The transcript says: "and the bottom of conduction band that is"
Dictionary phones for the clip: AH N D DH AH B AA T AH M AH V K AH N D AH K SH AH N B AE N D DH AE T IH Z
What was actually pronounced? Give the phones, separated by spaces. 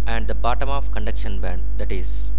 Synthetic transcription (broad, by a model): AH N D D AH B AA T AH M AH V K AH N D AH K SH AH N B AE N D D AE T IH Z